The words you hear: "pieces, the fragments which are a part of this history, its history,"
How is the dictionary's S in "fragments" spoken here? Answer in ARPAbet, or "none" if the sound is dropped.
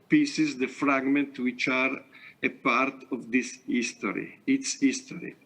none